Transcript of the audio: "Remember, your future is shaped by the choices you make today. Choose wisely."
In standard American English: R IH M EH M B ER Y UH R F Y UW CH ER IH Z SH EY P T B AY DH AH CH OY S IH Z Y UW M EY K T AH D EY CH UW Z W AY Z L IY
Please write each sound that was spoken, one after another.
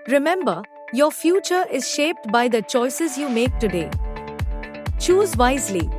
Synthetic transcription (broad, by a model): R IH M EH M B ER Y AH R F Y UW CH ER IH Z SH EY P T B AY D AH CH OY S IH Z Y UW M EY K T AH D EY CH UW Z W AY Z L IY